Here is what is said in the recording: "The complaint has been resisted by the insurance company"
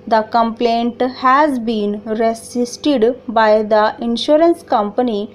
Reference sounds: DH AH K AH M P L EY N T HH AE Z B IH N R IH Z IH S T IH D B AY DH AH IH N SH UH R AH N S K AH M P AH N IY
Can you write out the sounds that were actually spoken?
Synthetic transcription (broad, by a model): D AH K AH M P L EY N T HH AE Z B IH N R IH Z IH S T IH D B AY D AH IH N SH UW R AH N S K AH M P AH N IY